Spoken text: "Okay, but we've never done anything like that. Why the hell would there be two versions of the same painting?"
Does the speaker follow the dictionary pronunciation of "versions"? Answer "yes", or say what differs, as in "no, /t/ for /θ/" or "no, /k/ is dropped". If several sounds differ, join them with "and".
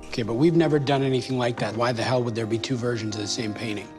yes